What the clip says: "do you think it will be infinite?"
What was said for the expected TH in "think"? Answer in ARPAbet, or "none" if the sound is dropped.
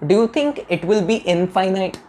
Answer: T